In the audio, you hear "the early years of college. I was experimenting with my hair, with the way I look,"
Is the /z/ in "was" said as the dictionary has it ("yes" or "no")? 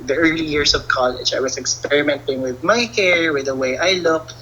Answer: no